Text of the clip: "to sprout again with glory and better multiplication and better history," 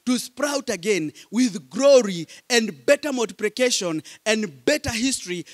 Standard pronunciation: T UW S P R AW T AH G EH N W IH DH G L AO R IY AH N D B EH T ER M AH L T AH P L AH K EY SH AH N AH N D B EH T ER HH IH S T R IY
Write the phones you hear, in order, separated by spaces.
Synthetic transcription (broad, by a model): T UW S P R AW T AH G EH N W IH DH G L AO R IY AH N D B EH T ER M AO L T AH P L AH K EY SH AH N AH N D B EH T ER HH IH S T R IY